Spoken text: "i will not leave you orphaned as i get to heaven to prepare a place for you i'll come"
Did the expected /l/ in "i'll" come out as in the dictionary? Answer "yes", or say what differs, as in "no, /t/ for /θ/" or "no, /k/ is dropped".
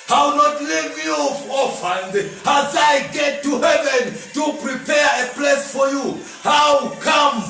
no, /w/ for /l/